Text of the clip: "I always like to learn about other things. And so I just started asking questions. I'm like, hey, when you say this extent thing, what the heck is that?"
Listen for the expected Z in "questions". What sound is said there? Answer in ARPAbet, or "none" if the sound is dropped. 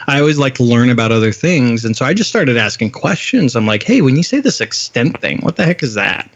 Z